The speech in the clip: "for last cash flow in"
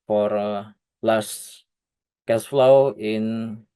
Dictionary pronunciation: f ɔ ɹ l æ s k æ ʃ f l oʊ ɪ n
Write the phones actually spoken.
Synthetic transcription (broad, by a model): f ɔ ɹ l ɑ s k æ s f l oʊ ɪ n